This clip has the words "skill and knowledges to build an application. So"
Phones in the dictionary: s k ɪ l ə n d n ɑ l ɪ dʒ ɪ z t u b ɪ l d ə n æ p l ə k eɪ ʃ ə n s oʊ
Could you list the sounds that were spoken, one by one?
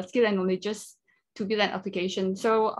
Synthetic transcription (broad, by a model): s k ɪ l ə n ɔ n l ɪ dʒ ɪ s t u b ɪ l ə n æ p l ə k eɪ ʃ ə n s oʊ